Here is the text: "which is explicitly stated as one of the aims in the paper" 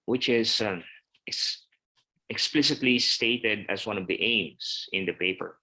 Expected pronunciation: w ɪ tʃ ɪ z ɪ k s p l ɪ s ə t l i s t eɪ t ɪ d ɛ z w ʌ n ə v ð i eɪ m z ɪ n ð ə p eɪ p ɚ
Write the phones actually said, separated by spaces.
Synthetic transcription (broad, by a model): w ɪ tʃ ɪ s ɪ k s p l ɪ s ə t l i s t eɪ t ɪ d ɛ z w ʌ n ə v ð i eɪ m s ɪ n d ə p eɪ p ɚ